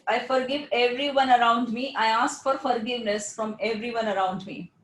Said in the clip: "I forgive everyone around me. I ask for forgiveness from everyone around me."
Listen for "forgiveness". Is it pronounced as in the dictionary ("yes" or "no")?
yes